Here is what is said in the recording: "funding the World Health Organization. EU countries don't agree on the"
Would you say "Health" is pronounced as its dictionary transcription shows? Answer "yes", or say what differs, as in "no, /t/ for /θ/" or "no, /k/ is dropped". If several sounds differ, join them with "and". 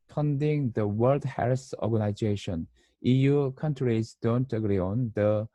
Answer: no, /s/ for /θ/